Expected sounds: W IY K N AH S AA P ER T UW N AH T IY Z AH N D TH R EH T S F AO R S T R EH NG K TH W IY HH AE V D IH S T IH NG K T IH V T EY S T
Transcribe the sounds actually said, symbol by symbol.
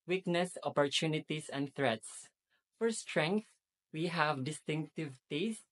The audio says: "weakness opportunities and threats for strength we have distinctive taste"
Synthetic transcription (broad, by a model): W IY K N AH S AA P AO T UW N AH T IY S AH N D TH R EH T S F AO R S T R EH NG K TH W IY HH AE V D IH S T IH NG K T IH V T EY S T